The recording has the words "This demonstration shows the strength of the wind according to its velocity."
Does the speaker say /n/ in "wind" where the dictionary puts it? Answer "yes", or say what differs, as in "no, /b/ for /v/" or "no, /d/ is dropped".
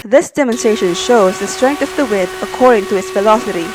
no, /n/ is dropped